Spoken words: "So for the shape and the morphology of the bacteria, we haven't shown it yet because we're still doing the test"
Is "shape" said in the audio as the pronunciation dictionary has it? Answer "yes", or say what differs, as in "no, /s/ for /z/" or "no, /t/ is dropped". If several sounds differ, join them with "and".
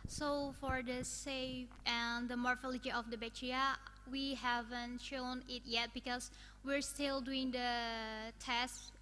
no, /s/ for /ʃ/